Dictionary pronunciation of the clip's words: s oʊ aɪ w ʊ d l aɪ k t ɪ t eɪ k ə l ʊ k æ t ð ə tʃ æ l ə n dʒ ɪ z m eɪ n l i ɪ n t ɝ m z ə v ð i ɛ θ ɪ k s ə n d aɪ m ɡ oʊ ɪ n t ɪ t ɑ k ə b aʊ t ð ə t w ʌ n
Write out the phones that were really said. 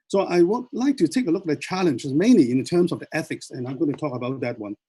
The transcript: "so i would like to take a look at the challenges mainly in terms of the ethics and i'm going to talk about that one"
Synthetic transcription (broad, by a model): s oʊ aɪ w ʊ l aɪ k t ɪ t eɪ k ə l ʊ k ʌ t ð ə tʃ æ l ə n dʒ ɪ z m eɪ n l i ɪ n t ɝ m z ə v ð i ɛ θ ɪ k s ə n aɪ m ɡ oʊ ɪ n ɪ t ɑ k ə b aʊ t ð ə t w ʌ n